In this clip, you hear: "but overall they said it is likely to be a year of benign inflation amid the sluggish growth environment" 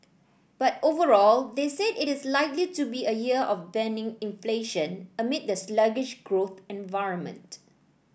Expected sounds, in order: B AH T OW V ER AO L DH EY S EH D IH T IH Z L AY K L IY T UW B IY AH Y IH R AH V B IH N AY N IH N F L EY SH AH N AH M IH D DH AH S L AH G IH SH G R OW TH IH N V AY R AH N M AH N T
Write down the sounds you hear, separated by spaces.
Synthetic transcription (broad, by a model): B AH T OW V ER AO L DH EY S EH D IH T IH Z L AY K L IY T UW B IY AH Y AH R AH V B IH N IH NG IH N F L EY SH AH N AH M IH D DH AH S L AH G IH SH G R OW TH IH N V AY R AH N M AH N T